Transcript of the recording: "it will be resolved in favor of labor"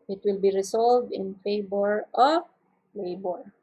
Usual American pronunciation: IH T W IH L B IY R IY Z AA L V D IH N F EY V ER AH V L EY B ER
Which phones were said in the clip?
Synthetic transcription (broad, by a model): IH T W IH L B IY R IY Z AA L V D IH N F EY B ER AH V L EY B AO